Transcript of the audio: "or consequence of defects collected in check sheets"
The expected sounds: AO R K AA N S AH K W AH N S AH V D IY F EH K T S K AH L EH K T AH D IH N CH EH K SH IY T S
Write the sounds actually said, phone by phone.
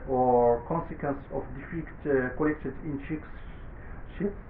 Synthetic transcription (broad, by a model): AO R K AA N S AH K W AH N S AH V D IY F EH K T K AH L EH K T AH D IH N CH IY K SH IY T